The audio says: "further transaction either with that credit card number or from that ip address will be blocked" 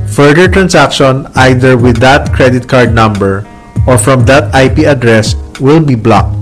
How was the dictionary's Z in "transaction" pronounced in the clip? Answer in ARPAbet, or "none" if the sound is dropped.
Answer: S